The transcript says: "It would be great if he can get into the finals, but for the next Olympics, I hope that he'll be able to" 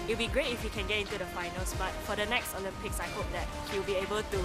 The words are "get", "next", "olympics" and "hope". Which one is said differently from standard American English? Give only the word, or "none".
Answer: olympics